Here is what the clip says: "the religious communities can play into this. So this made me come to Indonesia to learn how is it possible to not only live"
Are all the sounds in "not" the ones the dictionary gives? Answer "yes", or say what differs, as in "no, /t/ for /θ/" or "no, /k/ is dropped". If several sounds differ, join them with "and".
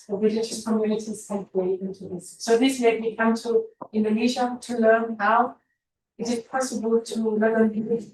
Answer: no, /l/ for /n/